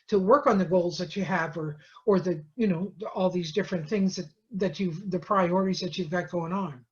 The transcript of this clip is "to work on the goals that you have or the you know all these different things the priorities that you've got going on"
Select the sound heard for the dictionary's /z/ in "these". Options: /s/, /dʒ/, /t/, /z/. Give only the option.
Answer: /z/